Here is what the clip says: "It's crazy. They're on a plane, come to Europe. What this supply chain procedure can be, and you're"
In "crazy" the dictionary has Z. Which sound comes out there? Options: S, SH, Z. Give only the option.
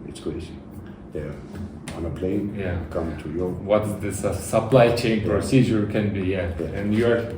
S